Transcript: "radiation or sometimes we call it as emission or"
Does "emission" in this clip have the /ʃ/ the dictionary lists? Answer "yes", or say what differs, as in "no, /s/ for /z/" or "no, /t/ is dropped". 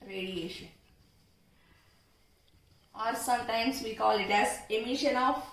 yes